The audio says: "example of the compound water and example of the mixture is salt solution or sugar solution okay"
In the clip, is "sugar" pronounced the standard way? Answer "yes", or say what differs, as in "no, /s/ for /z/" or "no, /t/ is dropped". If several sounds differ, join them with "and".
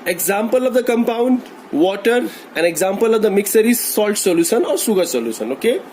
no, /s/ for /ʃ/